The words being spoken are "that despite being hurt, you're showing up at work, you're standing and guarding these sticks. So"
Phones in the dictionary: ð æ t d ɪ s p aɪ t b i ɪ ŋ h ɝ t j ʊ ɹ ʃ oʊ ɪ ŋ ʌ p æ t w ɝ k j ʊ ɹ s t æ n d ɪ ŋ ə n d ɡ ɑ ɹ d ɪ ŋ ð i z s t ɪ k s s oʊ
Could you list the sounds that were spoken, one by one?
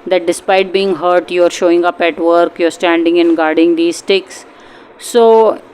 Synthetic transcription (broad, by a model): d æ t d ɪ s p aɪ t b i ɪ ŋ h ɝ t j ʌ ɹ ʃ oʊ ɪ ŋ ʌ p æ t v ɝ k j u ɹ s t æ n d ɪ ŋ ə n ɡ ɑ ɹ d ɪ ŋ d i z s t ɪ k s s oʊ